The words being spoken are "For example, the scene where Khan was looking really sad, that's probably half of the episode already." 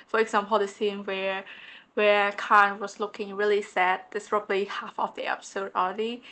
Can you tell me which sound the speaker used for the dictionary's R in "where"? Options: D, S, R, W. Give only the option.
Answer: W